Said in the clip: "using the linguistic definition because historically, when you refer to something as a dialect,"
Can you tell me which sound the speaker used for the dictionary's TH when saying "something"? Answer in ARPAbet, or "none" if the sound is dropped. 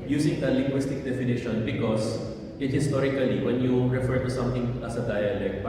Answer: T